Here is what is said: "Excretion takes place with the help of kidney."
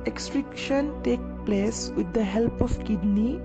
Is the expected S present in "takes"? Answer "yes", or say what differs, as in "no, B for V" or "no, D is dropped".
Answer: no, S is dropped